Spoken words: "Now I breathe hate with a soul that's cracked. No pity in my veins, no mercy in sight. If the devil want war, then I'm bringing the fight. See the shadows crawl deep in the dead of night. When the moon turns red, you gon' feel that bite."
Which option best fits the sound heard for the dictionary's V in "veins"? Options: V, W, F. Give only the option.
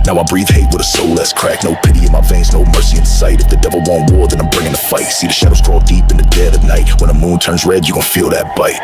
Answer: F